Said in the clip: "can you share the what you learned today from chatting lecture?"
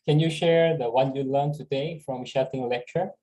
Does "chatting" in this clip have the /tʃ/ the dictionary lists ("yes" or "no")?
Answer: no